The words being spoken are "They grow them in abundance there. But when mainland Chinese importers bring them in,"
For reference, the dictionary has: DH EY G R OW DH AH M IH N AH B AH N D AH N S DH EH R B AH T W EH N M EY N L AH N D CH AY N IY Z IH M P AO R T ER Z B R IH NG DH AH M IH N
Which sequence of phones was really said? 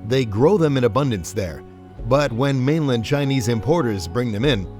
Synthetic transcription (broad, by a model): DH EY G R OW DH AH M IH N AH B AH N D AH N S DH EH R B AH T W EH N M EY N L AH N D CH AY N IY Z IH M P AO R T ER Z B R IH NG DH AH M IH N